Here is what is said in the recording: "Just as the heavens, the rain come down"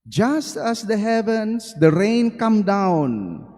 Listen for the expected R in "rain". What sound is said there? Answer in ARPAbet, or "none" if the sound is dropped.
R